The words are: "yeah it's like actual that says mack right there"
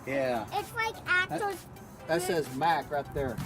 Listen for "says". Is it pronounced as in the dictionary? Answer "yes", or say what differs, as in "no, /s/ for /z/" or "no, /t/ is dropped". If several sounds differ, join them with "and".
yes